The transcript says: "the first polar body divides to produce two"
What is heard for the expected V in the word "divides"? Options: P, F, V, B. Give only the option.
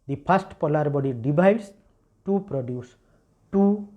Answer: B